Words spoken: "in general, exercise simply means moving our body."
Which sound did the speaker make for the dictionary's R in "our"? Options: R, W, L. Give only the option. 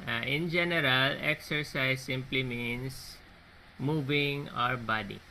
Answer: R